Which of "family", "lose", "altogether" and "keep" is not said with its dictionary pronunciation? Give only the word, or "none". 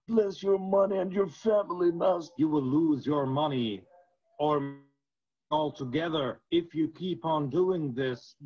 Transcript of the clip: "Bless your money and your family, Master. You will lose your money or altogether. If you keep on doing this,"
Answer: none